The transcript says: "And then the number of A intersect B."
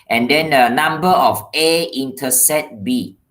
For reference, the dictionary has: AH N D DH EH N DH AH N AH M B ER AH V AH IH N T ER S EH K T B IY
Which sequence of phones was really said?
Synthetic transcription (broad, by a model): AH N D EH N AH N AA M B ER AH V AH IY N T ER S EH T B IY